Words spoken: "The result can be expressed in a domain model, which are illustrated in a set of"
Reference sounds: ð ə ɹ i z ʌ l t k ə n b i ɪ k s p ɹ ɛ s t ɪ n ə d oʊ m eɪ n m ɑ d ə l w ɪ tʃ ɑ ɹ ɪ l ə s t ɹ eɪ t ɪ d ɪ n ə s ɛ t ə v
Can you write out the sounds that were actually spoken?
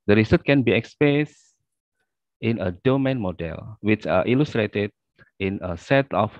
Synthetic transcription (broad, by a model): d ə ɹ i s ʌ t k ə n b i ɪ k s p ɛ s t ɪ n ə d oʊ m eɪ n m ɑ d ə l w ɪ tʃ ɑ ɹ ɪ l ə s t ɹ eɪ t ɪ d ɪ n ə s ɛ t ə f